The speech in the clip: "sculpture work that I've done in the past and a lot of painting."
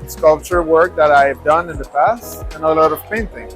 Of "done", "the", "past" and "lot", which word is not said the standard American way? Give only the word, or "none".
none